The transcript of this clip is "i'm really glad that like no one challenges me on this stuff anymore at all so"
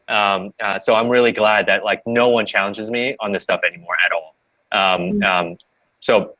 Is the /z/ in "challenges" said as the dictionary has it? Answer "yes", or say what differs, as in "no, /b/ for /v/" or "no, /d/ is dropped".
yes